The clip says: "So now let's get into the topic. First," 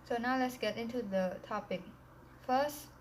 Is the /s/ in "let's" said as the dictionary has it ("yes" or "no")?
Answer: yes